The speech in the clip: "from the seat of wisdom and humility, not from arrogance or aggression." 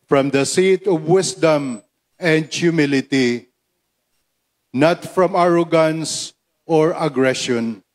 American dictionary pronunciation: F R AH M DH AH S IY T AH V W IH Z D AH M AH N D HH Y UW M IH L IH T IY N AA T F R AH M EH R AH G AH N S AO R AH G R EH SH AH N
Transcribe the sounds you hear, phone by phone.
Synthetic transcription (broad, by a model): F R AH M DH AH S IY T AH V W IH S D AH M AH N D HH Y UW M IH L IH T IY N AA T F R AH M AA R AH G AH N S AO R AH G R EH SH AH N